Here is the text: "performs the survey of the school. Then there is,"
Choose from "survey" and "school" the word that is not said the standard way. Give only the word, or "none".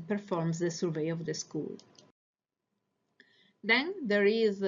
none